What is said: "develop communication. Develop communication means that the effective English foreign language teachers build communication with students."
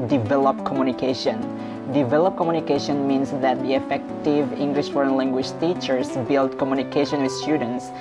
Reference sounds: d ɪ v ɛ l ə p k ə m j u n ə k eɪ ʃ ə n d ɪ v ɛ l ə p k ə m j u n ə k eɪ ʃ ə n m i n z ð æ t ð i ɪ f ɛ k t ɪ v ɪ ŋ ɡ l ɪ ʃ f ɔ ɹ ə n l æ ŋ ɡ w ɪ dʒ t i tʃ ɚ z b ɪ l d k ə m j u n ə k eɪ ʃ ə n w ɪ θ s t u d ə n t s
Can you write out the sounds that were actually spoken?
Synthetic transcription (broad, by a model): d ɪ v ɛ l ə p k ə m j u n ə k eɪ ʃ ə n d ɪ v ɛ l ə p k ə m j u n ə k eɪ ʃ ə n m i n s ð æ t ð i ɪ f ɛ k t ɪ v ɪ ŋ ɡ l ɪ ʃ f ɔ ɹ ə n l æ ŋ ɡ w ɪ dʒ t i tʃ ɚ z b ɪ l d k ə m j u n ə k eɪ ʃ ə n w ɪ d s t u d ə n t s